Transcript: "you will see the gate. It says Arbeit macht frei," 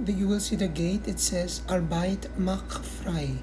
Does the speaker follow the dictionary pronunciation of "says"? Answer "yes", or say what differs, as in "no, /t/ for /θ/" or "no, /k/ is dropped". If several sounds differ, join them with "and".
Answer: yes